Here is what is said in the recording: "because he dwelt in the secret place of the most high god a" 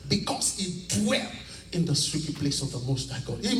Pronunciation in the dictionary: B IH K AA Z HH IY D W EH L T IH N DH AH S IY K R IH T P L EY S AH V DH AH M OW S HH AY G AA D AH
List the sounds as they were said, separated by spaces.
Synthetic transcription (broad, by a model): B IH K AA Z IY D W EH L IH N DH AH S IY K IH P L EY S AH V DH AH M OW S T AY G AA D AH